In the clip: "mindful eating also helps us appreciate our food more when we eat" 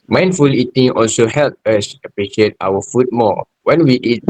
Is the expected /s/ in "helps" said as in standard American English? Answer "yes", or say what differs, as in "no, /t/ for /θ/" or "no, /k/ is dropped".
no, /s/ is dropped